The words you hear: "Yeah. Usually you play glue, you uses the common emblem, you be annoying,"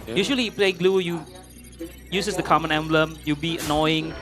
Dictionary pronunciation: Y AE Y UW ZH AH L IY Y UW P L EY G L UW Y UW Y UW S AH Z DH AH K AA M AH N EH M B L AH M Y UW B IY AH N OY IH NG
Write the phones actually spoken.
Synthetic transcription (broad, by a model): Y Y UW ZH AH L IY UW P L EY G L UW Y UW Y UW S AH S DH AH K AA M AH N EH M B L AH M Y UW B IY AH N OY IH NG